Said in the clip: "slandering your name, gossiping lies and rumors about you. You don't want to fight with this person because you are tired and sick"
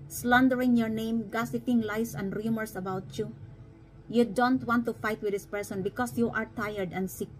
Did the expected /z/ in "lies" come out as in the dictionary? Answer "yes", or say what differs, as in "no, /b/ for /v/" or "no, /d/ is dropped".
no, /s/ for /z/